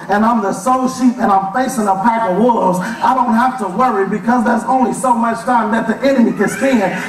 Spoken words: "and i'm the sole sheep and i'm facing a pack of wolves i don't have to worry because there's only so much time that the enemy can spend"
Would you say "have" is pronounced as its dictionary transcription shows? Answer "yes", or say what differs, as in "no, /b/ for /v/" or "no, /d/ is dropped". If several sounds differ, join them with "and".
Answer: no, /f/ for /v/